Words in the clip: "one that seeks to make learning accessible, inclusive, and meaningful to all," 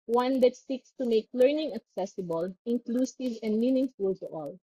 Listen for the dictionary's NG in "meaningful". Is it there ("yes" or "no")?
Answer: yes